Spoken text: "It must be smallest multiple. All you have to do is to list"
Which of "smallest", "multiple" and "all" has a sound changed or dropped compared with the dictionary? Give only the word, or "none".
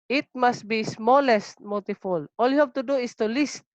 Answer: multiple